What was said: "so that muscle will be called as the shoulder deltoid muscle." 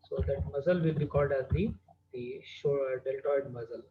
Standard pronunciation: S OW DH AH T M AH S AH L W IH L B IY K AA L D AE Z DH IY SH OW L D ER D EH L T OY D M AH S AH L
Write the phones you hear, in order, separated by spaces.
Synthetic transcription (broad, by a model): S OW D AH T M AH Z AH L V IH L B IY K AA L D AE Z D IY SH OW D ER D EH L T OY D M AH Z AH L